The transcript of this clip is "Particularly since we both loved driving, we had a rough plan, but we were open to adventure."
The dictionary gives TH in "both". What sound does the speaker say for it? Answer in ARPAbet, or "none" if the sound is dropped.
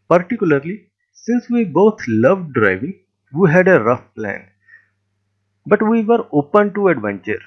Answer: T